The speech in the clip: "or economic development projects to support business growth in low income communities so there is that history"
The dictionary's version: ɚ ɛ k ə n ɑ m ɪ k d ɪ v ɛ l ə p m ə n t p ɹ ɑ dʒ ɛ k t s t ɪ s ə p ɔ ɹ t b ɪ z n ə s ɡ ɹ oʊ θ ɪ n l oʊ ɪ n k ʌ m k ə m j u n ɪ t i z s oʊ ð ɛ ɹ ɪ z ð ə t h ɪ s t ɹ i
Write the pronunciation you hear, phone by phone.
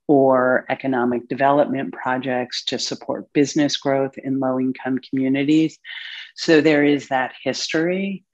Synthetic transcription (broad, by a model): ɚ ɛ k ə n ɑ m ɪ k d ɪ v ɛ l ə p m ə n p ɹ ɑ dʒ ɛ k t s t ɪ s ə p ɔ ɹ t b ɪ z n ə s ɡ ɹ oʊ θ ɪ n l oʊ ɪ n k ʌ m k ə m j u n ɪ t i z s oʊ ð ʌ ɹ ɪ z ð ə t h ɪ s t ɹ i